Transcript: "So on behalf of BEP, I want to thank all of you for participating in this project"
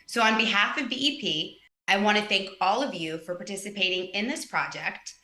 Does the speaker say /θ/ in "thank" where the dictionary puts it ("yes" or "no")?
yes